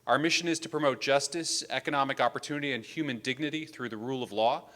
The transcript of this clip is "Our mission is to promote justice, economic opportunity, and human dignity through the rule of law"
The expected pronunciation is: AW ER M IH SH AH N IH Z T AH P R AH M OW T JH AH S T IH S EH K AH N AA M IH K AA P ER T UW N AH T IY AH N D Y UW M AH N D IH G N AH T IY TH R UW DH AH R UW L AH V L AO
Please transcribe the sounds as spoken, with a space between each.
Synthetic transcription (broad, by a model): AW ER M IH SH AH N IH Z T AH P R AH M OW T JH AH S T IH S EH K AH N AA M IH K AA P ER T UW N AH T IY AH N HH Y UW M AH N D IH G N AH T IY TH R UW DH AH R UW L AH V L AO